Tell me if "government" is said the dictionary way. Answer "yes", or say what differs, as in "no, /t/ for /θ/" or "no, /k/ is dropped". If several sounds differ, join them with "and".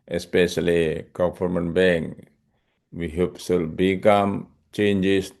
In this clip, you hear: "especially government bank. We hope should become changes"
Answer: no, /f/ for /v/